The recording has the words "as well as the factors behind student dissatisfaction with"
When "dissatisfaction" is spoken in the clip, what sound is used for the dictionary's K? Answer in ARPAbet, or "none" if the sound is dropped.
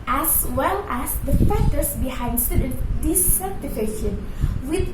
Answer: none